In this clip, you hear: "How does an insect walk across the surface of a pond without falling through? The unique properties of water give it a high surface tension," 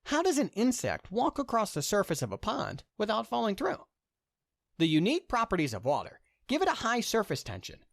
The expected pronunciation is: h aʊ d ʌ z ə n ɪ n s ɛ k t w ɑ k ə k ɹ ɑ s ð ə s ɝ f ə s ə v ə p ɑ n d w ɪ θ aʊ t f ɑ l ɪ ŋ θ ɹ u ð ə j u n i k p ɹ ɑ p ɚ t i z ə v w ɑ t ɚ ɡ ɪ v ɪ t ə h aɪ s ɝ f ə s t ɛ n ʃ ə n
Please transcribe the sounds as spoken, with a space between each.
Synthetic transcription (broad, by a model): h aʊ d ʌ z ə n ɪ n s ɛ k t w ɑ k ə k ɹ ɑ s ð ə s ɝ f ə s ə v ə p ɑ n d w ɪ θ aʊ t f ɑ l ɪ ŋ θ ɹ u ð ə j u n i k p ɹ ɑ p ɚ t i z ə v w ɑ t ɚ ɡ ɪ v ɪ t ə h aɪ s ɝ f ə s t ɛ n ʃ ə n